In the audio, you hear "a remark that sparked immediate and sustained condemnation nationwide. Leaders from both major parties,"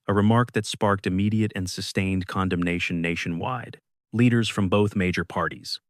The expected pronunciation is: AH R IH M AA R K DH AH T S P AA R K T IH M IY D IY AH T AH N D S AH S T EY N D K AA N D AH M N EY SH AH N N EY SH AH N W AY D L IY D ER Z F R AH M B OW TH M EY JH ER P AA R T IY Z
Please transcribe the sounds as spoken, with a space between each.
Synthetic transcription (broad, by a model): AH R IH M AA R K DH AH T S P AA R K T IH M IY D IY AH T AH N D S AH S T EY N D K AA N D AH M N EY SH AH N N EY SH AH N W AY D L IY D ER Z F R AH M B OW TH M EY JH ER P AA R T IY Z